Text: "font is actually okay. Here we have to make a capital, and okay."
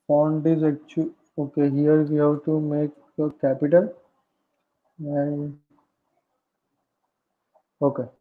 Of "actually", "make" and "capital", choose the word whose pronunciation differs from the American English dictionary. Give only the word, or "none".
actually